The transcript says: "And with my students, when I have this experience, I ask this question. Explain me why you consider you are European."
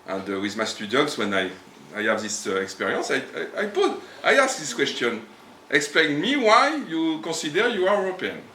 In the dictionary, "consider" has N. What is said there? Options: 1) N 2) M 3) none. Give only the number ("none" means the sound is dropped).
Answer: 3